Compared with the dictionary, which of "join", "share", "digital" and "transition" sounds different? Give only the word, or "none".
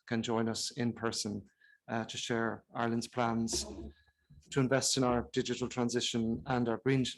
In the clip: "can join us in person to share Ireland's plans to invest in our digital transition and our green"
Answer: none